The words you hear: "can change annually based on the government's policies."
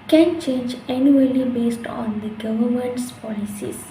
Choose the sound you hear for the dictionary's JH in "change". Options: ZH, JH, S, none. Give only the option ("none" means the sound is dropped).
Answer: JH